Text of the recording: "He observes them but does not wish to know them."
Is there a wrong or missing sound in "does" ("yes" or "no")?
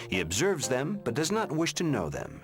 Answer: no